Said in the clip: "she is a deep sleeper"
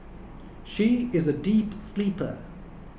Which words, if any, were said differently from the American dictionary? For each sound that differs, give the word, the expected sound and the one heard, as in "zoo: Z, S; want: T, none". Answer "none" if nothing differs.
none